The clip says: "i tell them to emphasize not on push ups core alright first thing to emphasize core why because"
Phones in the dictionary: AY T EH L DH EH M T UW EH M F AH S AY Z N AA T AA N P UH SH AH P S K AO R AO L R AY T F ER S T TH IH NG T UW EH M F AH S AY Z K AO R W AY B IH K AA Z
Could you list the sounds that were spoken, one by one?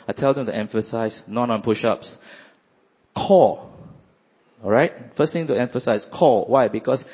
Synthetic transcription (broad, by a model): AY T EH L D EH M T UW EH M F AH S AY S N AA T AA N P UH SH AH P S K AO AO R AY T F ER S T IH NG T UW EH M F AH S AY S K AO W AY B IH K AA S